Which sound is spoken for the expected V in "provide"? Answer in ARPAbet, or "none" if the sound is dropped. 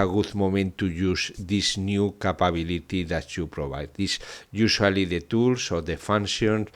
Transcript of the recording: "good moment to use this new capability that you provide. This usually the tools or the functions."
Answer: B